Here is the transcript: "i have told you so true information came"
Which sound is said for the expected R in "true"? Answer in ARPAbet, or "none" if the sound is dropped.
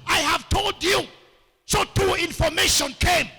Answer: none